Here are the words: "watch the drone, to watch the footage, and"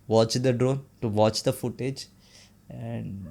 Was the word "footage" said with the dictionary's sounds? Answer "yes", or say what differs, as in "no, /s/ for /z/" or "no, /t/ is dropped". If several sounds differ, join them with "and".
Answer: yes